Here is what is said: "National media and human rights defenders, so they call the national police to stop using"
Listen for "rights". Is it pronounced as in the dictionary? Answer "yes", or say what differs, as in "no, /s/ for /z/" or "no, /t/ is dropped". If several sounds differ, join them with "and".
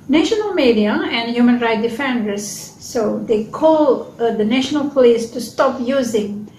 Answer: no, /s/ is dropped